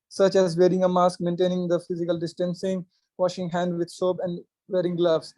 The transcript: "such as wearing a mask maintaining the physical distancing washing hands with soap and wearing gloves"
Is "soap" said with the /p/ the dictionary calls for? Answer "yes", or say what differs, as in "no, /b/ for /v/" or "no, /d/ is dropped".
no, /b/ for /p/